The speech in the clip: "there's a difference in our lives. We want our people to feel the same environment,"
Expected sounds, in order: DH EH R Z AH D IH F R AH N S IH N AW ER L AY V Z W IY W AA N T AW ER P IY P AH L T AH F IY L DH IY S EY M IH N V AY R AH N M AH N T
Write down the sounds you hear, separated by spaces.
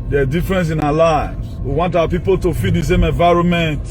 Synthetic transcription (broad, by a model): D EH D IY F R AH N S IH N AW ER L AY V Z W IY W AA N T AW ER P IY P AH L T AH F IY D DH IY S EY M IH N V AY R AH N M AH N T